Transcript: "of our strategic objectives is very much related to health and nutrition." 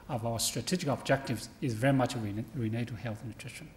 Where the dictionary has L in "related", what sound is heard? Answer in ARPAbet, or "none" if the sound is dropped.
N